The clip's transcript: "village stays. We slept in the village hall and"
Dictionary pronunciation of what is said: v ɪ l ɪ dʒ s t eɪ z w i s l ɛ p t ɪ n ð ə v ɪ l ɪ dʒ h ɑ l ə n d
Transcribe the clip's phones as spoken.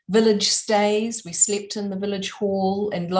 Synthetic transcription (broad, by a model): v ɪ l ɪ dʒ s t eɪ z w i s l ɛ p t ɪ n ð ə v ɪ l ɪ dʒ h ɑ l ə n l